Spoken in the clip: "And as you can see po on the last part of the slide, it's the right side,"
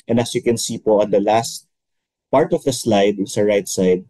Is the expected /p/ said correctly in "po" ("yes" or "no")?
yes